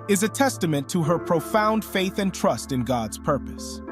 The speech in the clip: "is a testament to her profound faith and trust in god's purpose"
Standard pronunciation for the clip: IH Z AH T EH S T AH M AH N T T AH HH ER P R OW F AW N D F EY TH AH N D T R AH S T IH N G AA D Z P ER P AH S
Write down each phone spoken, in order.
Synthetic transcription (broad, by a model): IH Z AH T EH S T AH M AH N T T AH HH ER P R OW F AW N D F EY TH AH N T R AH S T IH N G AA D Z P ER P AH S